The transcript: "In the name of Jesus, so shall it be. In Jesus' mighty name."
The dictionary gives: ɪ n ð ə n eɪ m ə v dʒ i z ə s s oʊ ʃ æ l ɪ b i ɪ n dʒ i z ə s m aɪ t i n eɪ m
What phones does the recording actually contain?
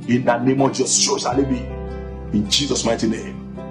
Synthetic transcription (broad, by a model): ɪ n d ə n eɪ m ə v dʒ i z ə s ʃ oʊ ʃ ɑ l ɪ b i ɪ n dʒ i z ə s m aɪ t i n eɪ m